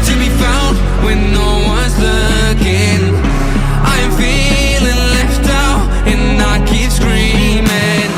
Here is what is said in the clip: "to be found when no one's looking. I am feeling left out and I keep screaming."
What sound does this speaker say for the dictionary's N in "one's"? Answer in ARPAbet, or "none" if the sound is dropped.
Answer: N